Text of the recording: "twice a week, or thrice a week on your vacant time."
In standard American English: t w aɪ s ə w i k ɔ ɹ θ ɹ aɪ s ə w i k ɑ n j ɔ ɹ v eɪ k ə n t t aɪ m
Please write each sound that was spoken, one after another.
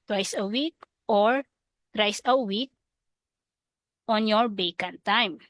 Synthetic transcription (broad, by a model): t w aɪ s ə w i k ɔ ɹ t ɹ aɪ s ə w i k ɑ n j ɔ ɹ b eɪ k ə n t t aɪ m